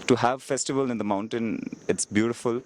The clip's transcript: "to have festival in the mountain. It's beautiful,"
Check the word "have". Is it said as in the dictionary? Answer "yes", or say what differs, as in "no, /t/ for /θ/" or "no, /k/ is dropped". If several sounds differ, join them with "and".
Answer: yes